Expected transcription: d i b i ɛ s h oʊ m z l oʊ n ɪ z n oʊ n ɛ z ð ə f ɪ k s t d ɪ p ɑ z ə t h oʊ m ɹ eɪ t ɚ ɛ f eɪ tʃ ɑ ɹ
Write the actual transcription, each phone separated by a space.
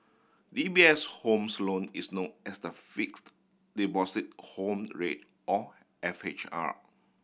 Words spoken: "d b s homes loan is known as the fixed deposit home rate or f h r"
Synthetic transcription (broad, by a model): d i b i ɛ s h oʊ m s l oʊ n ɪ s n oʊ n ɛ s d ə f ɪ k s t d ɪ b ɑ s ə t h oʊ m ɹ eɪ t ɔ ɛ f eɪ tʃ ɑ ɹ